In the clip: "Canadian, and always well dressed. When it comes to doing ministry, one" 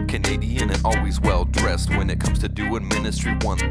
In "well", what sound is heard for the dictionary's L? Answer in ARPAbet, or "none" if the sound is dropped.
L